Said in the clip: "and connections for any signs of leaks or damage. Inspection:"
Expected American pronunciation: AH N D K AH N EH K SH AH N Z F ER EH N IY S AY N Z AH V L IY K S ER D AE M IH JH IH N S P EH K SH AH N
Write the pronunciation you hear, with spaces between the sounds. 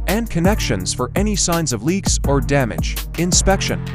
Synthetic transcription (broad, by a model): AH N K AH N EH K SH AH N Z F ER EH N IY S AY N Z AH V L IY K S ER D AE M IH JH IH N S P EH K SH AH N